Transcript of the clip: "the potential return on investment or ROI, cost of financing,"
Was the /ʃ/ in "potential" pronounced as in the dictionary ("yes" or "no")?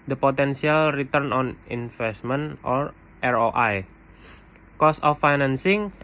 no